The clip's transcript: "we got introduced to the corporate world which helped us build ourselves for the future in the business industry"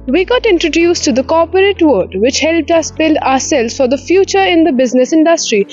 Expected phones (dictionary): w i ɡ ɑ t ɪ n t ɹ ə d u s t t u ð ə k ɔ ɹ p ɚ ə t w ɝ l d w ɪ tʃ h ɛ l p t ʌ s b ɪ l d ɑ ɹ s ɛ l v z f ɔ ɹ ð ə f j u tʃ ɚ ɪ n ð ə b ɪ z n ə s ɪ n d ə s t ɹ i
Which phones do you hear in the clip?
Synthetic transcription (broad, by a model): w i ɡ ɑ t ɪ n t ɹ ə d u s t t u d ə k ɔ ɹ p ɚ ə t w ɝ d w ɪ tʃ h ɛ l p t ʌ s b ɪ l d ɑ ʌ s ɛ l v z f ɔ ɹ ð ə f j u tʃ ɚ ɪ n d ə b ɪ z n ə s ɪ n d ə s t ɹ i